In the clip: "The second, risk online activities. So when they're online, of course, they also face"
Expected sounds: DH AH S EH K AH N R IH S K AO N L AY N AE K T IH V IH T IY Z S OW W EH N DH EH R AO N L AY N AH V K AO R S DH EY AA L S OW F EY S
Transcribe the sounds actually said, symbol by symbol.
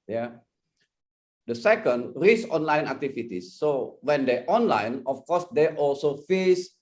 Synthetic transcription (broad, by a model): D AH S EH K AH N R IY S AO N L AY N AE K T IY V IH T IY S OW W EH N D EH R AO N L AY N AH F K AO S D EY AA L S OW F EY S